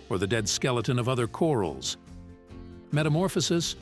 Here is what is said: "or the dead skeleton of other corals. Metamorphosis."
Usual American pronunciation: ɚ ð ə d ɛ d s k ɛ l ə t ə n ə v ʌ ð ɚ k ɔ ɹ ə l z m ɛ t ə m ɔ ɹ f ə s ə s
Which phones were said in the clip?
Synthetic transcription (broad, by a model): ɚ ð ə d ɛ d s k ɛ l ə t ə n ə v ʌ ð ɚ k ɔ ɹ l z m ɛ t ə m ɔ ɹ f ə s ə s